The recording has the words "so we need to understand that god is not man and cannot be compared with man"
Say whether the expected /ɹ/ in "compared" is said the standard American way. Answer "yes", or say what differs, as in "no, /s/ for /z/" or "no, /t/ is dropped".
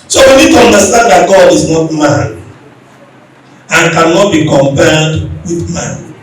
no, /l/ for /ɹ/